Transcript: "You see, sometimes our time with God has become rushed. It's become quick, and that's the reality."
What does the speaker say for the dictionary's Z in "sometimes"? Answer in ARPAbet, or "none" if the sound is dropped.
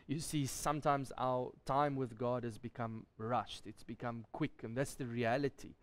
Z